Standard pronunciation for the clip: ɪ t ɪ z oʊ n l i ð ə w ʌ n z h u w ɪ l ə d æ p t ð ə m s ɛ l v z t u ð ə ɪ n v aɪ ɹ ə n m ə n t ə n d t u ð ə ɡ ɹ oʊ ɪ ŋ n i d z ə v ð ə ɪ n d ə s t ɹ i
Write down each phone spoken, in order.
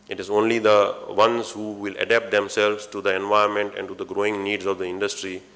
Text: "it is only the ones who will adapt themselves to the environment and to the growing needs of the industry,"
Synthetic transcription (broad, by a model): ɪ t ɪ z oʊ n l i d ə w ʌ n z h u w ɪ l ə d æ p t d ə m s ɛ l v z t u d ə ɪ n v aɪ ə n m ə n t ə n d t u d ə ɡ ɹ oʊ ɪ ŋ n i d z ə v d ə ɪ n d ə s t ɹ i